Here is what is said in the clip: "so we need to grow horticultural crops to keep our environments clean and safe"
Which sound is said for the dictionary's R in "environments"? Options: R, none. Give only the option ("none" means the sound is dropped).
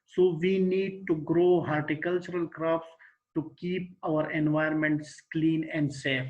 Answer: none